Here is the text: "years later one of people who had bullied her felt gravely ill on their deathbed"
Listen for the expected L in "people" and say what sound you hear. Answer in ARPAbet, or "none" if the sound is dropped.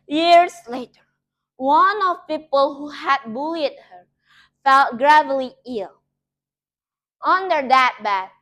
L